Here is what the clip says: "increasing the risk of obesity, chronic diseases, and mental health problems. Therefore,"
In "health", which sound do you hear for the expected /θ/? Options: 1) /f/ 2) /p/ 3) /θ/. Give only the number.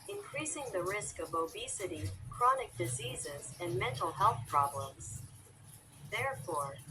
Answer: 3